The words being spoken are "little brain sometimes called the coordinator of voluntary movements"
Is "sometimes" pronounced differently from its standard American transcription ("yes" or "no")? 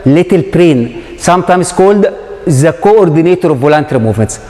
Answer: yes